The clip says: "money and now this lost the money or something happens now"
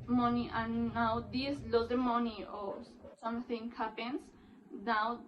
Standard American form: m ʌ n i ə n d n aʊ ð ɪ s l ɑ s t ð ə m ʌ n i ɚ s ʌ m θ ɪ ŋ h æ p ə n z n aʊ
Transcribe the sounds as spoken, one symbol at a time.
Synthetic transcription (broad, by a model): m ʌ n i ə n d n aʊ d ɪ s l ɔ t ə m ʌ n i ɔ s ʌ m t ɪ ŋ h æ p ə n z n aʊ